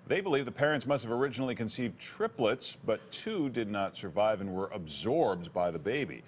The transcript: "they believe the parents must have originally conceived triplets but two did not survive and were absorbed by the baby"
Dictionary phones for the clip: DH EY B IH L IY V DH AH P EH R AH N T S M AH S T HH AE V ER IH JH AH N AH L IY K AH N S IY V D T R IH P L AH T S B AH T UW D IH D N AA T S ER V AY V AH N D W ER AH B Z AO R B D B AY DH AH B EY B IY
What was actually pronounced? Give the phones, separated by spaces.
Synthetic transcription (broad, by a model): DH EY B IH L IY V DH AH P EH R AH N T S M AH S T HH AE V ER IH JH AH N L IY K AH N S IY V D T R IH P L AH T S B AH T UW D IH D N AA T S ER V AY V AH N W ER AH B Z AO R B D B AY DH AH B EY B IY